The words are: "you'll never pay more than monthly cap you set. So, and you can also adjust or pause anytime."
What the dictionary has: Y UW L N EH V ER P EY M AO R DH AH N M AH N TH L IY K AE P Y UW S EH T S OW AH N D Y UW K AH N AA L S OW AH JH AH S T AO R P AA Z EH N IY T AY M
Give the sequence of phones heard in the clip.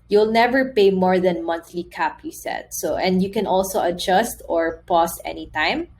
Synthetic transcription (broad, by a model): Y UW L N EH V ER P EY M AO R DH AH N M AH N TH L IY K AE P Y UW S EH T S OW AH N D Y UW K AH N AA L S OW AH JH AH S T AO R P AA S EH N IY T AY M